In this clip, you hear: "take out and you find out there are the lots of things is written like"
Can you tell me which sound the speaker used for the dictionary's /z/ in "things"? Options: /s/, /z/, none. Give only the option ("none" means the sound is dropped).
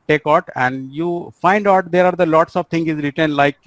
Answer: none